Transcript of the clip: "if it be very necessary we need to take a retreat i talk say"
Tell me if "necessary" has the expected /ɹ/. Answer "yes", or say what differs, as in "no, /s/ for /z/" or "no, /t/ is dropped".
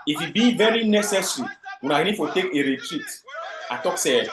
no, /w/ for /ɹ/